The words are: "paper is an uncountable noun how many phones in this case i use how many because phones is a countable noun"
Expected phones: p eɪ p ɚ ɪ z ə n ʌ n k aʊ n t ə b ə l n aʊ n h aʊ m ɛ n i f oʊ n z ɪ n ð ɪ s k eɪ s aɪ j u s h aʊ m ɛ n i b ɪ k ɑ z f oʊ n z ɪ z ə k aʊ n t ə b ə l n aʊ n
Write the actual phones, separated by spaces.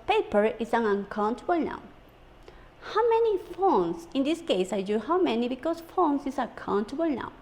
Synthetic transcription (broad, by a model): p eɪ p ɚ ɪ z ə n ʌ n k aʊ n t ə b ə l n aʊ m h aʊ m ɛ n i f oʊ n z ɪ n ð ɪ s k eɪ s aɪ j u h aʊ m ɛ n i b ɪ k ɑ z f oʊ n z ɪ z ə k aʊ n t ə b ə l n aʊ